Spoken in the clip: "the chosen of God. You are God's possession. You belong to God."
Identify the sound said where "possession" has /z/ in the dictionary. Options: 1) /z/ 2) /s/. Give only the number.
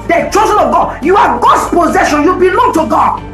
1